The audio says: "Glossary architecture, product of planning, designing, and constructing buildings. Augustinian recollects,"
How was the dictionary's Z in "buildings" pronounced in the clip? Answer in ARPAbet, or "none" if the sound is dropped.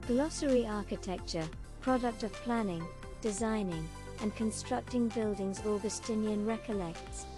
Z